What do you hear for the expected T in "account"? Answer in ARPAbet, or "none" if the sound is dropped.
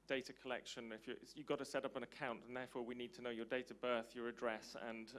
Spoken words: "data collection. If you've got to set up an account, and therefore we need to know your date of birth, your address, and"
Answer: T